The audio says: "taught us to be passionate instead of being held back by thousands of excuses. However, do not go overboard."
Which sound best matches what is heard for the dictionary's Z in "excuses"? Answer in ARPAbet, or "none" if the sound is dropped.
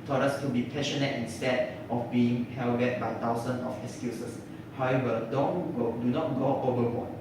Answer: S